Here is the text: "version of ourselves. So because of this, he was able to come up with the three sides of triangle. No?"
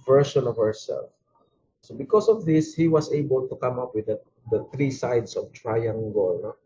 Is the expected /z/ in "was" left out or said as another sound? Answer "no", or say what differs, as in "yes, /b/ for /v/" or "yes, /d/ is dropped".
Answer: yes, /s/ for /z/